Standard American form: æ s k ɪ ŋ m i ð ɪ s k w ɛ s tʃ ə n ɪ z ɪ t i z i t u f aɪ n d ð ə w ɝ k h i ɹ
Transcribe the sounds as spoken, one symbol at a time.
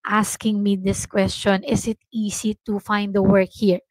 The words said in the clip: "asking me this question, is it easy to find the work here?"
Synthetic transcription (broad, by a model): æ s k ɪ ŋ m i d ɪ s k w ɛ s tʃ ə n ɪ s ɪ t i s i t u f aɪ n d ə w ɝ k h i ɹ